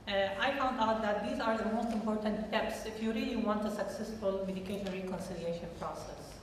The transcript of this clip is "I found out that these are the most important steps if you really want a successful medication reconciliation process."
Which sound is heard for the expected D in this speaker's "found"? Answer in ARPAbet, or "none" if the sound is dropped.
D